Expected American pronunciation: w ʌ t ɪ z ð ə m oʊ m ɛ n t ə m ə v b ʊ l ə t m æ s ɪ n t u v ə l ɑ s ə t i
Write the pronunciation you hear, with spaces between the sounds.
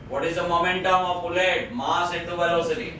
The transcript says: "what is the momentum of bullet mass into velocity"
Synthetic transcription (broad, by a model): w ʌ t ɪ z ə m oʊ m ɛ n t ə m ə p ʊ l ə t m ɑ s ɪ t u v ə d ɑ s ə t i